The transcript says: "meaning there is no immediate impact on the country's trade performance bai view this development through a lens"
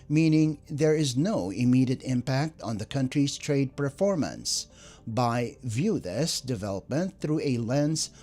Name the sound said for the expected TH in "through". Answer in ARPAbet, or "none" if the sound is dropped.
TH